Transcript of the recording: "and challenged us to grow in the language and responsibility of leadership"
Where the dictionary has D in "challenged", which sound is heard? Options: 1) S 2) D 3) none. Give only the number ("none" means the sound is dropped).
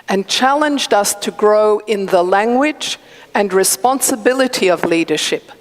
2